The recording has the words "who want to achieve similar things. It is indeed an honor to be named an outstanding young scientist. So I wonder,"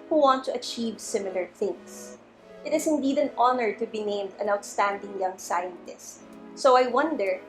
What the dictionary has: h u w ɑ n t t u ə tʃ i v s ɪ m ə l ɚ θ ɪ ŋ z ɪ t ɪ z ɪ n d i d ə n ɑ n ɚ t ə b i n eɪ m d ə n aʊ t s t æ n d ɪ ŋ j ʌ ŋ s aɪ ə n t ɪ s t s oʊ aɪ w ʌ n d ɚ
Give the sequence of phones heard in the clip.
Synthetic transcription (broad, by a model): h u w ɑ n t t u ə tʃ i v s ɪ m ə l ɚ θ ɪ ŋ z ɪ t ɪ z ɪ n d i d ə n ɑ n ɚ t ə b i n eɪ m d ə n aʊ t s t æ n d ɪ ŋ j ʌ ŋ s aɪ ə n t ɪ s t s oʊ aɪ w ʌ n d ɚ